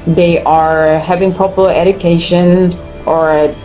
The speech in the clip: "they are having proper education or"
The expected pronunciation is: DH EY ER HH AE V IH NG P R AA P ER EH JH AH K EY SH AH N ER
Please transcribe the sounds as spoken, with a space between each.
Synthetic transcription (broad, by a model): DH EY ER HH AE V IH NG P AA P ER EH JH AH K EY SH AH N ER